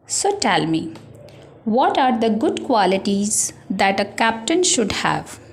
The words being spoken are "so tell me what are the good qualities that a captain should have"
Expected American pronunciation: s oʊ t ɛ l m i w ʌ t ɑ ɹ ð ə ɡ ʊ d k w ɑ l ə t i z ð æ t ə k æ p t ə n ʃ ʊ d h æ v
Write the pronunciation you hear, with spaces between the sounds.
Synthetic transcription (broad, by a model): s oʊ t ɛ l m i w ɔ t ɑ ɹ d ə ɡ ʊ d k w ɑ l ə t i z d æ t ə k æ p t ə n ʃ ʊ d h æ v